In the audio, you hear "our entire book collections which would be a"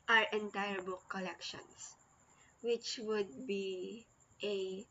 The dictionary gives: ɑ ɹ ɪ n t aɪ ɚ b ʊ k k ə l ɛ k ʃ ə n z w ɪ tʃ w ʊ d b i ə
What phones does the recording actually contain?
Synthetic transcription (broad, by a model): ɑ ɹ ɪ n t aɪ ɚ b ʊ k k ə l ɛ k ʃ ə n s w ɪ tʃ w ʊ d b i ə